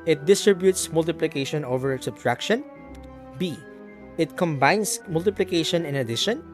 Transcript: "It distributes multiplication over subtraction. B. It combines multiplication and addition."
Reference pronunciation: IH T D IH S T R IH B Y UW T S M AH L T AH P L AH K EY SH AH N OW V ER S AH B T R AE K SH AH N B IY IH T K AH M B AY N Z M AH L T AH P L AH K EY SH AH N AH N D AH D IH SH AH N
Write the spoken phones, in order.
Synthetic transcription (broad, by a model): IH T D IH S T R IH B Y UW T S M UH L T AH P L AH K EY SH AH N OW V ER S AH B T R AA K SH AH N B IY IH T K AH M B AY N S M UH L T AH P L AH K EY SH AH N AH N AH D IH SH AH N